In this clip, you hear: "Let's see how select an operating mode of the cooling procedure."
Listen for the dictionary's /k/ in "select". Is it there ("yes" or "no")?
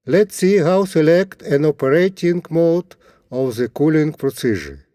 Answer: yes